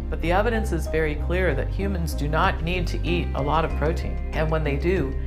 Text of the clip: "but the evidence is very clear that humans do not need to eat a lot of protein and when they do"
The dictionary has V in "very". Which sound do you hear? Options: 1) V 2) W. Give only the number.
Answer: 1